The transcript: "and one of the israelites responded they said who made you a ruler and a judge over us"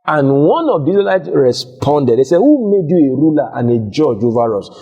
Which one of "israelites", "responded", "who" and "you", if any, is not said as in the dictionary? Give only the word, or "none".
israelites